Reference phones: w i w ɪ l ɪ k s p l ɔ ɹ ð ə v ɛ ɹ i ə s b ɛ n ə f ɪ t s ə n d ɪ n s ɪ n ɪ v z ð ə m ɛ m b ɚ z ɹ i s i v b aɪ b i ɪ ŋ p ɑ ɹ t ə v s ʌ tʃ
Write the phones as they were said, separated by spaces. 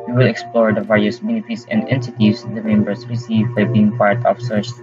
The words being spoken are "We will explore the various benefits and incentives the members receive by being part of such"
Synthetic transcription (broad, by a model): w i w ɪ l ɪ k s p l ɔ ɹ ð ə v ɛ ɹ i ə s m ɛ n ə p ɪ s ə n d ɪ n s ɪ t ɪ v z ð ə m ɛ m b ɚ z ɹ i s i v b aɪ b i ɪ ŋ p ɑ ɹ t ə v s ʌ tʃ